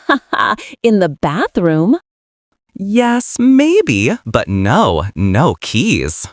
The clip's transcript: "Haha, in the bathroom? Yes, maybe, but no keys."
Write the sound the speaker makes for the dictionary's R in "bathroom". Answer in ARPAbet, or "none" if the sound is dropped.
R